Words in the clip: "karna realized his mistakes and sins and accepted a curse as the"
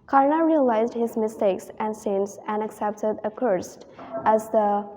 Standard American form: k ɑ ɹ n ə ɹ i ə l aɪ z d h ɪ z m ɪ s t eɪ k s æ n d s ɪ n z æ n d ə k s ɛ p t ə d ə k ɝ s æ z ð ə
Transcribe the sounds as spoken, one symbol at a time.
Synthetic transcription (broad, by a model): k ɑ ɹ n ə ɹ i ə l aɪ z d h ɪ z m ɪ s t eɪ k s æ n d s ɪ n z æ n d ə k s ɛ p t ə d ə k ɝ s æ z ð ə